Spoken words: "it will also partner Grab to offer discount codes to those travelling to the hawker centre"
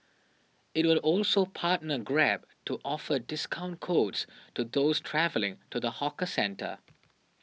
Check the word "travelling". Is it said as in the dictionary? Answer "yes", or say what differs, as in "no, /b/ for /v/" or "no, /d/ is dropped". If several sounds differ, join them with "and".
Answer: yes